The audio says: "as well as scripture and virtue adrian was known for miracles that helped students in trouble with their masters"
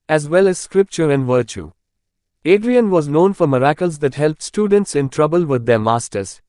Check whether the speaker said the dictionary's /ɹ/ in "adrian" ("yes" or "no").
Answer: yes